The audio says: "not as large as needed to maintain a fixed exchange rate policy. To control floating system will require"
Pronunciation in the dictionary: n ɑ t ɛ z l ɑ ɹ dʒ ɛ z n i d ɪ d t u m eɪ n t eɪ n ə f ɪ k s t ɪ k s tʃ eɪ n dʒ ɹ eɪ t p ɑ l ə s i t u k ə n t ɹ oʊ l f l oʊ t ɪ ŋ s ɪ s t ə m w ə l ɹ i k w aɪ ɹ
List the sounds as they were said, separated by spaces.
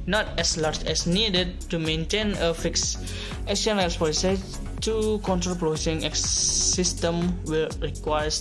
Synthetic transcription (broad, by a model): n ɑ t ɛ s l ɑ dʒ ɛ s n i d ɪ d t u m eɪ n t eɪ n ə f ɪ k s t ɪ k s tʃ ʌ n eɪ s p ɑ l ə s i t u k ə n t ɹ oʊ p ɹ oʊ s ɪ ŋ s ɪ s t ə m w ə l ɹ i k w aɪ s